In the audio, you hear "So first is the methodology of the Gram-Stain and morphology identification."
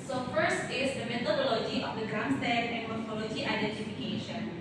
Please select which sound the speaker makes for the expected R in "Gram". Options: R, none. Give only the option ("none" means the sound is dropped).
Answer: none